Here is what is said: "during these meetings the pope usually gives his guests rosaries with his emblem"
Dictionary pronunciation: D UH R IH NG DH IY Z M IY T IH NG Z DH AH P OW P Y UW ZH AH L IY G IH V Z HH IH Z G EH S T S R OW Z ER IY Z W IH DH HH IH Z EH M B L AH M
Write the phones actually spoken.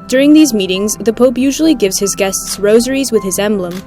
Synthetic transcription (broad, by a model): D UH R IH NG DH IY Z M IY T IH NG Z DH AH P OW P Y UW ZH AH L IY G IH V Z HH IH Z G EH S T S R OW Z ER IY Z W IH DH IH Z EH M B L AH M